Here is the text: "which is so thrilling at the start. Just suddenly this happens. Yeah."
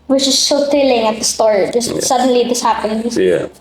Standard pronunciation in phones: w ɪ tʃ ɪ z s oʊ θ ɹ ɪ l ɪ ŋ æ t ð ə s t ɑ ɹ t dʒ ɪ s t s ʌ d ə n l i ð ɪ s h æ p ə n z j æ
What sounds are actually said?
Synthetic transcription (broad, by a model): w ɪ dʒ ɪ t s oʊ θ ɪ l ɪ ŋ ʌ t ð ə s t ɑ ɹ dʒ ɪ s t s ʌ d ə n l i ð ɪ s h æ p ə n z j